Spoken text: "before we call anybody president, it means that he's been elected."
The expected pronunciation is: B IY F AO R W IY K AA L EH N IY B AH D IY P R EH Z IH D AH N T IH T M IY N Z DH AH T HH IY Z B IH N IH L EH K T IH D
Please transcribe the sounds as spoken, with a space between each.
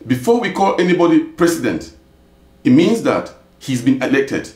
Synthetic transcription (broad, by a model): B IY F AO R W IY K AA L EH N IY B AH D IY P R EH S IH D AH N T IH T M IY N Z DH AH T HH IY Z B IH N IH L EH K T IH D